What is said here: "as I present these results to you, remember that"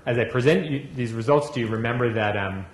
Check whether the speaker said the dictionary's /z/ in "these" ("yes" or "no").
yes